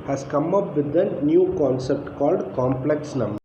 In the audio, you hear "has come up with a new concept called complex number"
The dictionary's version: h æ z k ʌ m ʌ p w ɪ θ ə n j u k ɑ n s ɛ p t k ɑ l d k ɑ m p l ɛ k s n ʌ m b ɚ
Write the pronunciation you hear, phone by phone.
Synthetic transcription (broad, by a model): h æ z k ʌ m ʌ p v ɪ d ə n j u k ɑ n s ɛ p t k ɑ l d k ɑ m p l ɛ k s n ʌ m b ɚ